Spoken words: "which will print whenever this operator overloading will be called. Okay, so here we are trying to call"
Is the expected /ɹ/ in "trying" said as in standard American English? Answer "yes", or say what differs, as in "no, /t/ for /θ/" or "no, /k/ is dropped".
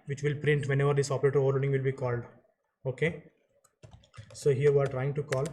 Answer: yes